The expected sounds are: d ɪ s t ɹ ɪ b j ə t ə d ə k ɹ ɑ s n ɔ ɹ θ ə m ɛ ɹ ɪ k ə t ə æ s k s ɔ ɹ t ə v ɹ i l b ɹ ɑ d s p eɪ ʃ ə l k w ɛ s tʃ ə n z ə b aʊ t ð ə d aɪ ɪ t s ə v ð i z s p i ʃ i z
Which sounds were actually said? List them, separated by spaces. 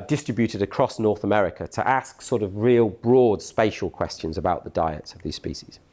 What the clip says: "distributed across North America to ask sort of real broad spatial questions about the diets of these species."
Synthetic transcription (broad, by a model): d ɪ s t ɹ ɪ b j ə t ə d ə k ɹ ɑ s n ɔ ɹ θ ə m ɛ ɹ ɪ k ə t ə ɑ s k s ɔ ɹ t ə v ɹ i l b ɹ ɑ d s p eɪ ʃ ə l k w ɛ s tʃ ə n z ə b aʊ t ð ə d aɪ ɪ t s ə v ð i z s p i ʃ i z